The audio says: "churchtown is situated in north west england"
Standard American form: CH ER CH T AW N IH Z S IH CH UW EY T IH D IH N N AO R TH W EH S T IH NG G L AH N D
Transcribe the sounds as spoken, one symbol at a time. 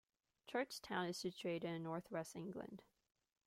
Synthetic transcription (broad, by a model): CH ER CH T AW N IH Z S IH CH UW EY T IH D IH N N AO R TH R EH S IH NG G L AH N D